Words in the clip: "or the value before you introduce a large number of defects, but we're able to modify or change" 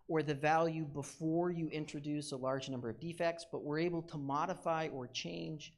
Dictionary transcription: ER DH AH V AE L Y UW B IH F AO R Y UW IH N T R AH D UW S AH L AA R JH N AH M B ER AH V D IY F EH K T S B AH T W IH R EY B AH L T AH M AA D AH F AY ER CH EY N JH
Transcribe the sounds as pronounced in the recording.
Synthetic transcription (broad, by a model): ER DH AH V AE L Y UW B IH F AO R Y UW IH N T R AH D UW S AH L AA R JH N AH M B ER AH V D IY F EH K T S B AH T W IH R EY B L T AH M AA D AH F AY ER CH EY N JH